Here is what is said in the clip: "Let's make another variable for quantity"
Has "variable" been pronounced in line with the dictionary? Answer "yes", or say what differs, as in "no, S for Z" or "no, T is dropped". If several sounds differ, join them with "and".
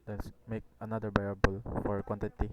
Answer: no, B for V